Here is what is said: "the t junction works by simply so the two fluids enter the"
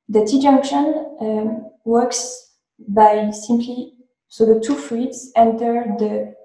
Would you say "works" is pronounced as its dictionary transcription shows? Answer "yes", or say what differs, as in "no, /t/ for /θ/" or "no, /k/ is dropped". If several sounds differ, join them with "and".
yes